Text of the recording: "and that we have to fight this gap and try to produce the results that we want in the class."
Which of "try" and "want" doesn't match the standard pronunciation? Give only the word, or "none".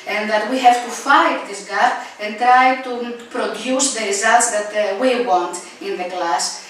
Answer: none